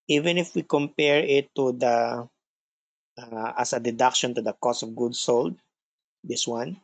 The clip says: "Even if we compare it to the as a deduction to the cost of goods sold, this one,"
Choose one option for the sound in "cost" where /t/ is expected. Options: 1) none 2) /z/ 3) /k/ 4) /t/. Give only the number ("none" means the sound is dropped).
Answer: 1